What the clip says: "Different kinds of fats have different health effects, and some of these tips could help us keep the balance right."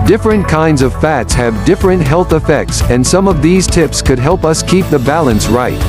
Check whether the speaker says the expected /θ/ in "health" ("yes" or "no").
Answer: yes